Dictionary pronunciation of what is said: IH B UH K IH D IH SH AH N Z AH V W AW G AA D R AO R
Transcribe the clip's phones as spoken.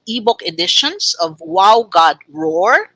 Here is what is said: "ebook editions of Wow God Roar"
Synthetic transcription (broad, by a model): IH B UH K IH D IH SH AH N S AH V W AW G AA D R AO R